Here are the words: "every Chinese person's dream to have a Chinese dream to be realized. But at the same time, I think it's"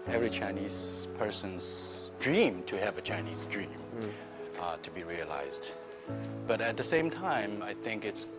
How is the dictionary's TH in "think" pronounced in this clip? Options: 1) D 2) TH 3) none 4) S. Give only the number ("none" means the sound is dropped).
2